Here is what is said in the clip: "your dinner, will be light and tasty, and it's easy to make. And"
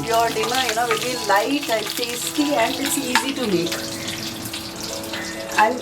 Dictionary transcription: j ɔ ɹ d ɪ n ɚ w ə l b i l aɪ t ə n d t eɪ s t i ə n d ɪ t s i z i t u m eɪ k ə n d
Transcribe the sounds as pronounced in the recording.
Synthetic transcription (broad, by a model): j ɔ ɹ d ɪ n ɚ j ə n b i l aɪ t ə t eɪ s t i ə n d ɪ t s i z i t u m eɪ k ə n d